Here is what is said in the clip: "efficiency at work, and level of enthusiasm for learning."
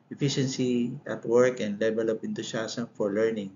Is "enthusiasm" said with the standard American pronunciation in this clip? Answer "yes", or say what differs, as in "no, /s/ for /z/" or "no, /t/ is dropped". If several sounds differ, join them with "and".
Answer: no, /t/ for /θ/ and /s/ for /z/